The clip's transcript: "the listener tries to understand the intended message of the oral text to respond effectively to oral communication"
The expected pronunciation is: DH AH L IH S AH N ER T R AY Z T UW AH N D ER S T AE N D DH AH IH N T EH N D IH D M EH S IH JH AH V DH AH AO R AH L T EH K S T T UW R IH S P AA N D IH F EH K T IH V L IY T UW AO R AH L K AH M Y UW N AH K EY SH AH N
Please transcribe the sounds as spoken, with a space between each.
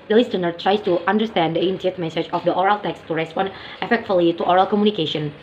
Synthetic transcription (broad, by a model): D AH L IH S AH N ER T R AY S T UW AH N D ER S T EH N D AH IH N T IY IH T M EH S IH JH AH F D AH AO R AH L T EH K S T T UW R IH S P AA N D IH F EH K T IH L IY T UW AO R AH L K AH M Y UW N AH K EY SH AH N